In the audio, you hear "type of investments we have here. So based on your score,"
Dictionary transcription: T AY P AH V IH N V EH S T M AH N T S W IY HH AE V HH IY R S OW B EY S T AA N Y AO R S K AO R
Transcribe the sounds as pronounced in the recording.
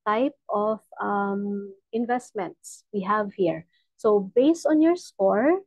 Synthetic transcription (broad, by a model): T AY P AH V IH N V EH S T M AH N T S W IY HH AE V HH IY R S OW B EY S T AA N Y AO R S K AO R